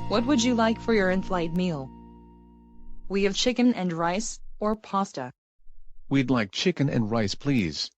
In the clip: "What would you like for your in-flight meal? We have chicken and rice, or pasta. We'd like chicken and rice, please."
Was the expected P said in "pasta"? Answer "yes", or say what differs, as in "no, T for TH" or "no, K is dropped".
yes